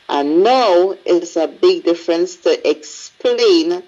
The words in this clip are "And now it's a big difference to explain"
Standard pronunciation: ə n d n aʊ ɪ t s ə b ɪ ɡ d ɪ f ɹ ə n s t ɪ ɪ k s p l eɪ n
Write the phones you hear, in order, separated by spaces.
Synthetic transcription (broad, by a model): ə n n aʊ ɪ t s ə b ɪ ɡ d ɪ f ɹ ə n s t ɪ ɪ k s p l eɪ n